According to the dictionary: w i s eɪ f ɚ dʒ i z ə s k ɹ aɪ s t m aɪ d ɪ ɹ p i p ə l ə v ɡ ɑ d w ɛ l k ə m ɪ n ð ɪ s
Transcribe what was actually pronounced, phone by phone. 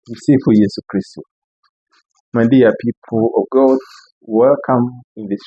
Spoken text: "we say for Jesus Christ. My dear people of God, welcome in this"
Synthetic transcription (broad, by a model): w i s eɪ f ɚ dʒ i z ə k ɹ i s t m aɪ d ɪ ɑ p i p ə l ə v ɡ ɑ d w ɛ l k ə m ɪ n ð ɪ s